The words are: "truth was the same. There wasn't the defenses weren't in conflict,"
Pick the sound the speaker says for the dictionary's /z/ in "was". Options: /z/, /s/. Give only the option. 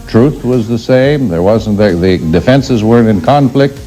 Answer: /z/